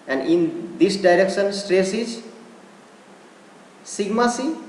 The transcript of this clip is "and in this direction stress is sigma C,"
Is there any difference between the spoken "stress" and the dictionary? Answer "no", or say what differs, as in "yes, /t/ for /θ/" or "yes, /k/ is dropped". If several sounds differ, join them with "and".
no